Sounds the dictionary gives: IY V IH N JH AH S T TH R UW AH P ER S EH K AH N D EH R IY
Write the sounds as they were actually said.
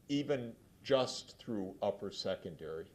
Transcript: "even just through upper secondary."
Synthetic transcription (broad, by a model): IY V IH N JH AH S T TH R UW AH P ER S EH K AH N D EH R IY